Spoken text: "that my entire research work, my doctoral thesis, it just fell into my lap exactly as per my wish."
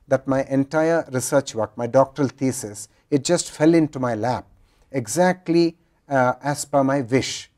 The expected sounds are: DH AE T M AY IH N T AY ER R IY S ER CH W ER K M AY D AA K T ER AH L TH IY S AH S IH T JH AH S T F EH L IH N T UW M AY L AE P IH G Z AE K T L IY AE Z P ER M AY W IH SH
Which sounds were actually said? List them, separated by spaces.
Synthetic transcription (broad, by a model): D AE T M AY IH N T AY ER R IY S ER CH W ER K M AY D AA K T ER AH L T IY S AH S IH T JH AH S T F EH L IH N T UW M AY L AE P IH G Z AE K T L IY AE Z B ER M AY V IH SH